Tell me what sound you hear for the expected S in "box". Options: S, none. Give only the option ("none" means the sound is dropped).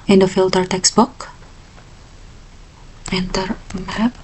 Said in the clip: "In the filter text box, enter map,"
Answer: none